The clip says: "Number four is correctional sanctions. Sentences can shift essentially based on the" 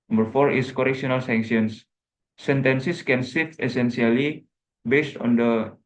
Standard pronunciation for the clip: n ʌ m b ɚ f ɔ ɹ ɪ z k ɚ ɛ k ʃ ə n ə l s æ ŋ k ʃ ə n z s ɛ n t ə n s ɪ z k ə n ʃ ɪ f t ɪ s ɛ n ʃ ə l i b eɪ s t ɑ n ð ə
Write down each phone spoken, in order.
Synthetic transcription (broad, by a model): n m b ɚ f ɔ ɹ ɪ s k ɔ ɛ k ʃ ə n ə l s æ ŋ k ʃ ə n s s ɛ n t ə n s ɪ s k ə n s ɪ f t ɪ s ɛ n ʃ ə l i b eɪ s t ɑ n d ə